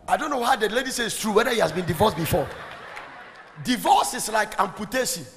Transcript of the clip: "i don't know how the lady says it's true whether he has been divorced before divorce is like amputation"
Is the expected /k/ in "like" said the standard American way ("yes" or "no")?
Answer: yes